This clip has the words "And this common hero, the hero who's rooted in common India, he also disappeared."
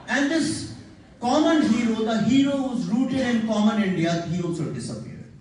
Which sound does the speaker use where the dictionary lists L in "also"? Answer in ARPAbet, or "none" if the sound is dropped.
none